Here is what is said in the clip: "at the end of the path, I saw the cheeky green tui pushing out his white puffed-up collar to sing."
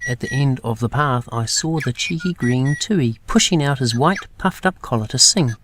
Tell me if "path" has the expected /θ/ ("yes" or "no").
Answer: yes